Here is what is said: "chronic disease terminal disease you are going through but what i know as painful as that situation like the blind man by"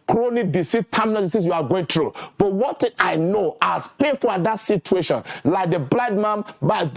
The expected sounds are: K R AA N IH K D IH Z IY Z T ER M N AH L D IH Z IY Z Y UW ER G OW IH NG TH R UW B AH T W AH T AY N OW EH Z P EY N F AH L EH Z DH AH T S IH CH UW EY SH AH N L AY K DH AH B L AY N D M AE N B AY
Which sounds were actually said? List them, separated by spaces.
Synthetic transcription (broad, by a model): K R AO N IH D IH S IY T T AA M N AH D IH S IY S Y UW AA G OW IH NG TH R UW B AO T W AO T AY N OW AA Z P EY N F AH L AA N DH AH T S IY CH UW EY SH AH N L AY K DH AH B L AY D M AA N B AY